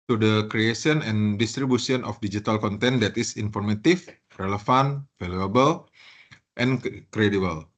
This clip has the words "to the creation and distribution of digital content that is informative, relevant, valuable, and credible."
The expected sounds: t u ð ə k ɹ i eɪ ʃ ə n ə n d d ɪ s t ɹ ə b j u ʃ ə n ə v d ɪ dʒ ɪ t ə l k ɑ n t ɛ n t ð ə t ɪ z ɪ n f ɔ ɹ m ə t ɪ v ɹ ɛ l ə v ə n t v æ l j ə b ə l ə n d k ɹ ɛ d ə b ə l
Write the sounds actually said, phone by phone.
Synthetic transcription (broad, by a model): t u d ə k ɹ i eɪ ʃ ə n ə n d d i s t ɹ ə b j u s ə n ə f d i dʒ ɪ t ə l k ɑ n t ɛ n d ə t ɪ s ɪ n f ɔ ɹ m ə t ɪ f ɹ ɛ l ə f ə n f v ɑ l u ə b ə l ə n k ɹ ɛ d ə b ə l